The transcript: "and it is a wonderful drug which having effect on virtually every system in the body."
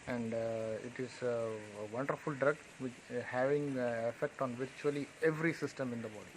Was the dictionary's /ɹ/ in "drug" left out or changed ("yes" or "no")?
no